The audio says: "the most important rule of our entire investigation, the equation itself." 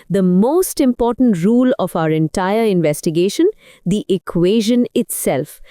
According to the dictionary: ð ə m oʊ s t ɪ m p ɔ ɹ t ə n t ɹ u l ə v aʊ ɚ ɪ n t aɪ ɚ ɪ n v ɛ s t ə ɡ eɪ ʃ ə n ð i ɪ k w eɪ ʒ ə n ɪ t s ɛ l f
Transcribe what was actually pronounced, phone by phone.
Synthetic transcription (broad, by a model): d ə m oʊ s t ɪ m p ɔ ɹ t ə n t ɹ u l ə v aʊ ɚ ɪ n t aɪ ɚ ɪ n v ɛ s t ə ɡ eɪ ʃ ə n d i ɪ k w eɪ ʒ ə n ɪ t s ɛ l f